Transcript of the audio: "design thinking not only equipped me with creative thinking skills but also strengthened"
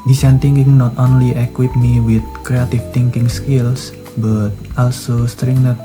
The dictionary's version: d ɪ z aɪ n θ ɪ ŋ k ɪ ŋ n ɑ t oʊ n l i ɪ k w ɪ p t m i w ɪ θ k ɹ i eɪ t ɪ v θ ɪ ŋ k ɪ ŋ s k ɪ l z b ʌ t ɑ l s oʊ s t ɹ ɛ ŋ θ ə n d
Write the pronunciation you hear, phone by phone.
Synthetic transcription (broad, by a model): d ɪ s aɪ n t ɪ ŋ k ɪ ŋ n ɑ t oʊ n l i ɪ k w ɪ t m i w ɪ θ k ɹ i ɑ t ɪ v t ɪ ŋ k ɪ ŋ s k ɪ l s b ʌ t ɑ l s oʊ s t ɹ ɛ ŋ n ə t